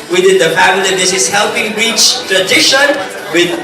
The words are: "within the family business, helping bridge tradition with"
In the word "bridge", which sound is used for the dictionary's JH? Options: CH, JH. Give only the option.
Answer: CH